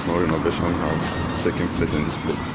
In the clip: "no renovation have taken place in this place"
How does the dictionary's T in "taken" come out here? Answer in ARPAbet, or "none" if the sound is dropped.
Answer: S